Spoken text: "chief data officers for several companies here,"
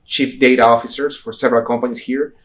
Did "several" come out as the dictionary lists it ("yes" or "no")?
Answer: yes